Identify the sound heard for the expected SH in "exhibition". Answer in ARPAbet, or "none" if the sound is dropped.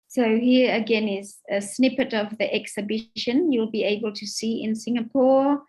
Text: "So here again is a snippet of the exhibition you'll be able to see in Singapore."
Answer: SH